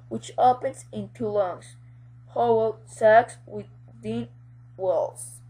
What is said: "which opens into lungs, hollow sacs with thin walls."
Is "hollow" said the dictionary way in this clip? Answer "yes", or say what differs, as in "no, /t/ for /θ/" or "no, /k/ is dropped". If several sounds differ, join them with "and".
no, /w/ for /l/